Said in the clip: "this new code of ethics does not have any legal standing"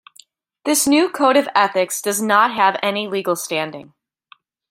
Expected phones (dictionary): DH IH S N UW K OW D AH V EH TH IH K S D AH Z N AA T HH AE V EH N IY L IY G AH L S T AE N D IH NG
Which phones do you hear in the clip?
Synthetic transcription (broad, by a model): DH IH S N UW K OW D AH V EH TH IH K S D AH Z N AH T HH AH V EH N IY L IY G L S T AE N D IH NG